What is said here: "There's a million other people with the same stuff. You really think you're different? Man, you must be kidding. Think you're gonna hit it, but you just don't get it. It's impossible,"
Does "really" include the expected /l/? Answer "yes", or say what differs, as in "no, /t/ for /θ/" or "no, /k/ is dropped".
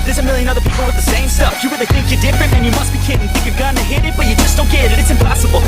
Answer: no, /w/ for /l/